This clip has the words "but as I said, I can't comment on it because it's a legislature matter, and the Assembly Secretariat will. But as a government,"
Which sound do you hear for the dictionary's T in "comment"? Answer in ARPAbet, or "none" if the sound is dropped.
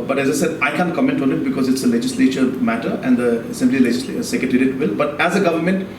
T